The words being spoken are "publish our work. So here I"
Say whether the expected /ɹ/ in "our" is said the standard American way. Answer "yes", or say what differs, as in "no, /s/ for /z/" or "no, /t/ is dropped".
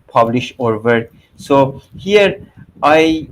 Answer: yes